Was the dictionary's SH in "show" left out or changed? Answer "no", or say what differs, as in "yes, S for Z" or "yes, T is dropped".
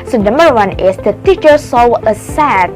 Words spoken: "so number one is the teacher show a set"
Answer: yes, S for SH